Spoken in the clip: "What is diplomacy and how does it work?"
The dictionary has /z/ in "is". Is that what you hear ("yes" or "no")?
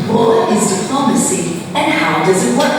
yes